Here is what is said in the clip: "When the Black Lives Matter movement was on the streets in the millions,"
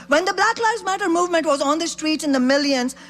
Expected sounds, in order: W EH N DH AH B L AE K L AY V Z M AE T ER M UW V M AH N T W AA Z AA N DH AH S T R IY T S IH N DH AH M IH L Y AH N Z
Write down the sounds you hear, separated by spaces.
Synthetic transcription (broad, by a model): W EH N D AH B L AE K L AY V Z M AE T ER M UW V M AH N T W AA Z AA N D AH S T R IY T S IH N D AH M IH L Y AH N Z